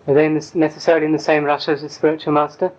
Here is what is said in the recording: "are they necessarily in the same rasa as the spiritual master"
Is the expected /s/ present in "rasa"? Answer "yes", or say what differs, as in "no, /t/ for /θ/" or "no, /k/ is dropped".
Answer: no, /ʃ/ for /s/